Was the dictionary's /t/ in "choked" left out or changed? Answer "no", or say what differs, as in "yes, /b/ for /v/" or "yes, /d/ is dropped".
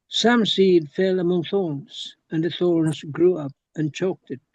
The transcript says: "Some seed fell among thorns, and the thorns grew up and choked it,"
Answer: no